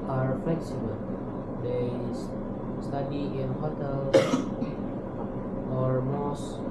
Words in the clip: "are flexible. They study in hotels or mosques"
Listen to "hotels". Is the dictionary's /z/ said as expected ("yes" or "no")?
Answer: no